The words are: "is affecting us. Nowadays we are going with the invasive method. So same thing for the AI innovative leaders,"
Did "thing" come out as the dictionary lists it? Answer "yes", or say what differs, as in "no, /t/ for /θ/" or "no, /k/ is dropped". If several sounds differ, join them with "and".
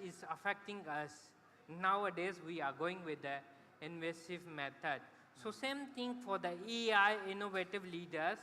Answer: no, /t/ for /θ/